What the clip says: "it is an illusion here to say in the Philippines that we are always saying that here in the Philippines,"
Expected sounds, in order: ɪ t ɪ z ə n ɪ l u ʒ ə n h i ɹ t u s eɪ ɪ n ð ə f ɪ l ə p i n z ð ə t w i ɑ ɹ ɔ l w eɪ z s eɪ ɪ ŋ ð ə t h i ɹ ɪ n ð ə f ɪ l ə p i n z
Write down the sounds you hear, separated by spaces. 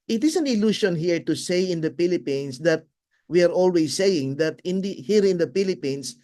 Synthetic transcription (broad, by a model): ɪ t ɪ s ə n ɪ l u ʃ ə n h i ɹ t u s eɪ ɪ n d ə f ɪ l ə p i n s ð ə t w i ɑ ɹ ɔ l w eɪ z s eɪ ɪ ŋ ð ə t h i ɹ ɪ n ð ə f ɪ l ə p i n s